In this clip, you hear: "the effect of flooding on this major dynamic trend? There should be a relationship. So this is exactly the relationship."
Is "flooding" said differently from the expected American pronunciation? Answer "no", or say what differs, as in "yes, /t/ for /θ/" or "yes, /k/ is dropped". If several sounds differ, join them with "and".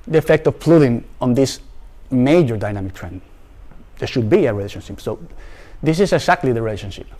yes, /p/ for /f/